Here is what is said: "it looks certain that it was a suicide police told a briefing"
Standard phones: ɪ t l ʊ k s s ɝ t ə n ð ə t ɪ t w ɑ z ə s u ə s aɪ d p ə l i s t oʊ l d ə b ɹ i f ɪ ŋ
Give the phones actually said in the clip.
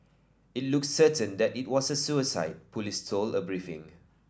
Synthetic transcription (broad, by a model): ɪ t l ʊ k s s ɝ t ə n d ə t ɪ t w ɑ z ə s u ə s aɪ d p ə l i s t oʊ l ə b ɹ i f ɪ ŋ